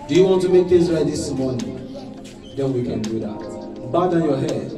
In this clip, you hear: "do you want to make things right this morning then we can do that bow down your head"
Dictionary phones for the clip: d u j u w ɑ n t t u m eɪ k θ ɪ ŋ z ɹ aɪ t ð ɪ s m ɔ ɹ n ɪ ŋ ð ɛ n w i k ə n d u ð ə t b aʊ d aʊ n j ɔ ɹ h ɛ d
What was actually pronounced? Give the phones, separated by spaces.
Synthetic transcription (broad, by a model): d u j u w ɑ n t t u m eɪ k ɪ z ɹ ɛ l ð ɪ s m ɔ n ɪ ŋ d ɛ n w i k ə n d u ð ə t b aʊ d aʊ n j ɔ h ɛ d